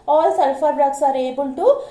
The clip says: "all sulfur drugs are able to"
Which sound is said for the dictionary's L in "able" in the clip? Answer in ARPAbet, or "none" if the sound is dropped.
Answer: N